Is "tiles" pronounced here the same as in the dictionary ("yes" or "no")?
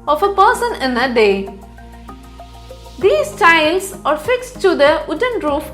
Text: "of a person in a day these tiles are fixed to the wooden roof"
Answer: no